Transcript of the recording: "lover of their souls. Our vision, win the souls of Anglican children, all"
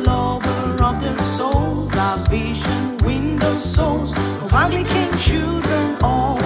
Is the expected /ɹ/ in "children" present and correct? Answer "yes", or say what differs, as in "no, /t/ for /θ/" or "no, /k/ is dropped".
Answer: yes